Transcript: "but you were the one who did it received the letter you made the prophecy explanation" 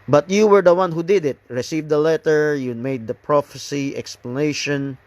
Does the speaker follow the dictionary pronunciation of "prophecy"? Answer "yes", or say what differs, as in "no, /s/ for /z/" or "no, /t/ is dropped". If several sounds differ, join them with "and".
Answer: yes